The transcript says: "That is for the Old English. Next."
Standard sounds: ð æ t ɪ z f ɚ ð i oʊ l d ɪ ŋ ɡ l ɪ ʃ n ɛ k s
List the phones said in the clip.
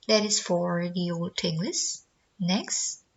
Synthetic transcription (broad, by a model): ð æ t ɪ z f ɚ ð i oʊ l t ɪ ŋ ɡ l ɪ s n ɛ k s